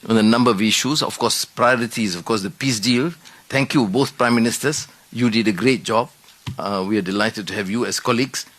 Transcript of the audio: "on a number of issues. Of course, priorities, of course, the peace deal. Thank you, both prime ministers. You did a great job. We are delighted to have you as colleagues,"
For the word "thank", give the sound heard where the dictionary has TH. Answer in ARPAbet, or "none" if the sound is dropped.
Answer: T